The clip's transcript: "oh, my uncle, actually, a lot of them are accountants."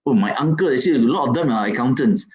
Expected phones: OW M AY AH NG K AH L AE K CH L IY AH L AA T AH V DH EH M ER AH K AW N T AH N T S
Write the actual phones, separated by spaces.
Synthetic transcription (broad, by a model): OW M AY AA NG K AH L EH CH IY AH L AA T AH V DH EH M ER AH K AW N T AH N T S